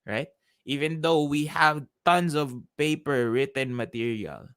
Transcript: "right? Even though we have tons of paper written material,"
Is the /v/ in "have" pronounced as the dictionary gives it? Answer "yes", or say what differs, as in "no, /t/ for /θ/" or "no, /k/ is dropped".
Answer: yes